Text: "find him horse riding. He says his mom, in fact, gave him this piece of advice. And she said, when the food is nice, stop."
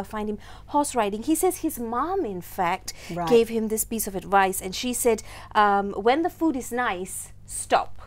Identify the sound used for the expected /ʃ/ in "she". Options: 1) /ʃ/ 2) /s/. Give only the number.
1